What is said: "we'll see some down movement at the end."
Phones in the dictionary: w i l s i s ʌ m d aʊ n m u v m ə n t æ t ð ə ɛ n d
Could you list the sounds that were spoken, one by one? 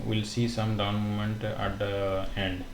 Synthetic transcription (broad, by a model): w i l s i s ʌ m d aʊ n m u m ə n t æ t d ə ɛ n d